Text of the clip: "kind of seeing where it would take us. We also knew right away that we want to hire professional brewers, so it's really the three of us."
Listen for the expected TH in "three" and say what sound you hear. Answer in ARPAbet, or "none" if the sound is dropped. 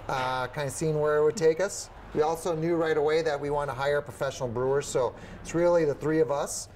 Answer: TH